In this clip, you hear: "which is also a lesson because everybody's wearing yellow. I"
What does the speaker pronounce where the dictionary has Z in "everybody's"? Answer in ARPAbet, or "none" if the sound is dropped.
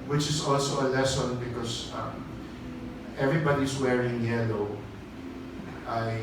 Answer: S